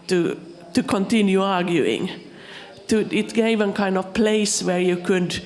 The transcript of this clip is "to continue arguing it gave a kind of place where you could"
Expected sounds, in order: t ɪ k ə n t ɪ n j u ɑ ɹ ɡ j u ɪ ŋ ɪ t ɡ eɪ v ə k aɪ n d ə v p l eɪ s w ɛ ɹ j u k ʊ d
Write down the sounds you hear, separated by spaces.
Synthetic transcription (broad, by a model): t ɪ k ə n t ɪ n j u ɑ ɹ ɡ j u ɪ ŋ ɪ t ɡ eɪ v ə k aɪ n d ə v p l eɪ s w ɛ ɹ j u k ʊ d